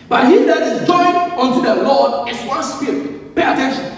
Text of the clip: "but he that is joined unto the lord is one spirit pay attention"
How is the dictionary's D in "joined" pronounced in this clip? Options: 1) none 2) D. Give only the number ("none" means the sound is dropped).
1